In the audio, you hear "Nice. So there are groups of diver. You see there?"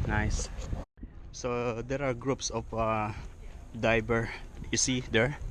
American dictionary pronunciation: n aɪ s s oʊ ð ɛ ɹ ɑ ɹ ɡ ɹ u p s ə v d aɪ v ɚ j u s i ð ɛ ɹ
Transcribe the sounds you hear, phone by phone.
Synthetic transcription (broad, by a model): n aɪ s s oʊ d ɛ ɹ ɑ ɹ ɡ ɹ u p s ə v d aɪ b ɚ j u s i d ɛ ɹ